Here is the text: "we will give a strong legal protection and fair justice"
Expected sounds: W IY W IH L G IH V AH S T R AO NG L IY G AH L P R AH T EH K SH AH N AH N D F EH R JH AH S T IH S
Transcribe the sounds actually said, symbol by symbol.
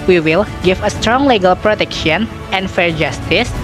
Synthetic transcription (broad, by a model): W IY W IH L G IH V AH S T R AO NG L IY G AH L P R AH T EH K SH AH N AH N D F EH R JH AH S T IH S